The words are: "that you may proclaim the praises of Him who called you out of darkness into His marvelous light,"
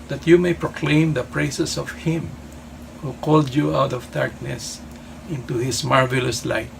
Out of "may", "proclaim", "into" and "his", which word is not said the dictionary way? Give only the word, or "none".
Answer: his